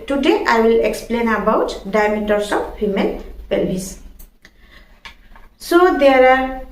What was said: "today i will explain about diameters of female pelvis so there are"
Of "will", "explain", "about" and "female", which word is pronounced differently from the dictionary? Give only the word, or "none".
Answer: female